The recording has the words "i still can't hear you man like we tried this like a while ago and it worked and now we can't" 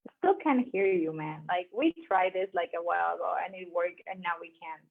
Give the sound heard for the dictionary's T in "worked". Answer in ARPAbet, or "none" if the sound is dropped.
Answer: none